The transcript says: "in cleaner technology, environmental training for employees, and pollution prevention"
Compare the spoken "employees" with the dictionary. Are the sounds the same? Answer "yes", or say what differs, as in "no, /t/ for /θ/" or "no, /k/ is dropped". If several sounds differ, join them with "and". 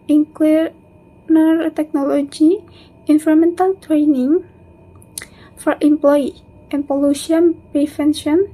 no, /z/ is dropped